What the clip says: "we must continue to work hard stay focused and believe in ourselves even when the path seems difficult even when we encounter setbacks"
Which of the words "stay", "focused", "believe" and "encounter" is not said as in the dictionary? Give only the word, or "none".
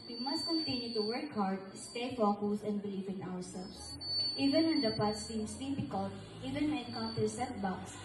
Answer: focused